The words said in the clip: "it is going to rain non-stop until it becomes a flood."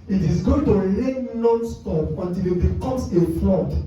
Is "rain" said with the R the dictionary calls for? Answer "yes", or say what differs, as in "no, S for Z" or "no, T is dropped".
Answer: no, L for R